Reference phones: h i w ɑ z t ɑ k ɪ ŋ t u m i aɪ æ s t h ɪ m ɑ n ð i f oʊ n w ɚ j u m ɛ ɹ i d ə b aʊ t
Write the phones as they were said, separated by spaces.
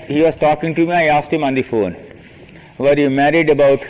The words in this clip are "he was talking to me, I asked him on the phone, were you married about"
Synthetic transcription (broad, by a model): h i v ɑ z t ɑ k ɪ ŋ t u m i aɪ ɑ s t h ɪ m ɑ n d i f oʊ n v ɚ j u m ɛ ɹ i d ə b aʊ t